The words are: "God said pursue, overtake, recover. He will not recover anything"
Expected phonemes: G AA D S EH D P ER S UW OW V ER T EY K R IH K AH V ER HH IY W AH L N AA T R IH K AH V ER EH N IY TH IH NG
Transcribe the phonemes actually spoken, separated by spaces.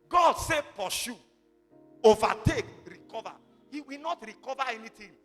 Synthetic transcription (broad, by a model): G AA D S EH P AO SH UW OW V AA T EY K R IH K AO V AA HH IY W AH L N AA T R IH K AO V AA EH N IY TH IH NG